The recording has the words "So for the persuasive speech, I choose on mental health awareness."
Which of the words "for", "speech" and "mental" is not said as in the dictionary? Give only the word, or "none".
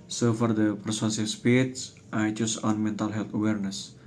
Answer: speech